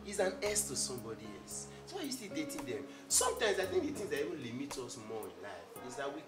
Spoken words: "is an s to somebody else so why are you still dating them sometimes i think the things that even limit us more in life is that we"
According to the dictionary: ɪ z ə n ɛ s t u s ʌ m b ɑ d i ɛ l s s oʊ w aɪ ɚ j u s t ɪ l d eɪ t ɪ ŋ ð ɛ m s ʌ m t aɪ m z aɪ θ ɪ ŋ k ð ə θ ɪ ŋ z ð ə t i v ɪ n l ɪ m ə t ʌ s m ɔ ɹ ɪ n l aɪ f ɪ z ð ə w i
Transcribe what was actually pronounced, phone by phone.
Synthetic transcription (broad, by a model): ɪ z ə n ɛ s t u s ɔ m b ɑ d i ɛ l s s oʊ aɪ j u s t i d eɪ t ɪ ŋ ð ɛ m s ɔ m t aɪ m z aɪ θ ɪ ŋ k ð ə t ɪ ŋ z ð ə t i v ɪ n l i m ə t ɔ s m ɔ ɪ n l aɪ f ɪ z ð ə w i